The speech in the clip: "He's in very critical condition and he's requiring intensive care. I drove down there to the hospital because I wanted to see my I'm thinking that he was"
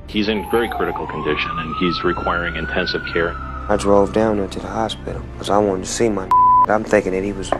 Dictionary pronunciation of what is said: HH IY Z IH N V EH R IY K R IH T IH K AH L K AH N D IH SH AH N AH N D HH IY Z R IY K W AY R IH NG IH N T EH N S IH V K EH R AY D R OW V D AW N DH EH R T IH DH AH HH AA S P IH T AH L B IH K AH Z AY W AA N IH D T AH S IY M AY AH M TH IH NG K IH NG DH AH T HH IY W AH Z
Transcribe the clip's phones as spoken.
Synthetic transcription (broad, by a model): HH IY Z IH N V EH R IY K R IH T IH K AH L K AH N D IH SH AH N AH N IY Z R IY K W AY R IH NG IH N T EH N S IH V K EH R AY D R OW V D AW N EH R T IH DH AH HH AA S P IH T L K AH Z AY W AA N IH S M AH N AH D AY AH M TH IH NG K IH NG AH T HH IY W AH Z